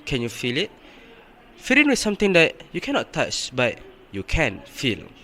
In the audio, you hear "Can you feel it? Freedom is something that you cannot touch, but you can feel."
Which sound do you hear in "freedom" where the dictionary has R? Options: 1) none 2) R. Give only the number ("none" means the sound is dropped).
1